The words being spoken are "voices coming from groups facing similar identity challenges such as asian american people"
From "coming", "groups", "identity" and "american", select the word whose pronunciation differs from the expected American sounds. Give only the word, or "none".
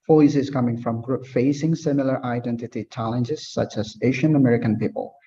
groups